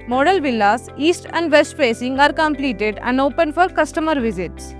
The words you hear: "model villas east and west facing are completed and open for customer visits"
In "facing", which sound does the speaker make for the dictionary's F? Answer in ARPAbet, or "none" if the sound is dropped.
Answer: P